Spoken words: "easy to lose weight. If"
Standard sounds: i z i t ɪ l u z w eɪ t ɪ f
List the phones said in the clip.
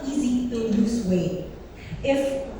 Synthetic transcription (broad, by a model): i z i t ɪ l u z w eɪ ɪ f